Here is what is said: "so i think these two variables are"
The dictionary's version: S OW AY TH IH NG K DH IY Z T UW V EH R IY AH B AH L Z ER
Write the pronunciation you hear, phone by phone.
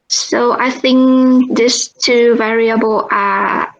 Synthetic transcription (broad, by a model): S OW AY TH IH NG K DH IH S T UW V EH R IY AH B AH L ER